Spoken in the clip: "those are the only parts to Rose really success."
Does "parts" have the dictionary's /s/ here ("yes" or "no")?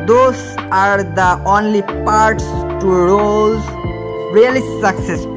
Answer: yes